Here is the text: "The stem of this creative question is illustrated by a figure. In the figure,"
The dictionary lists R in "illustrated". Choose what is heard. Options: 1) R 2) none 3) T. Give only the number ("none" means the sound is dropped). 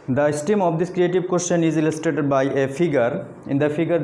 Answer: 2